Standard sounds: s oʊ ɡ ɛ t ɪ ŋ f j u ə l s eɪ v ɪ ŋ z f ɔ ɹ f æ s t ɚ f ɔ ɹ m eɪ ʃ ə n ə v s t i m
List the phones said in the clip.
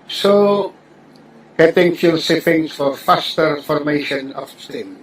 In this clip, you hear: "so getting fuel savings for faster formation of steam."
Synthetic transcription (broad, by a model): s oʊ ɡ ɛ t ɪ ŋ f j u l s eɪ f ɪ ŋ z f ɔ ɹ f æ s t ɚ f ɔ ɹ m eɪ ʃ ə n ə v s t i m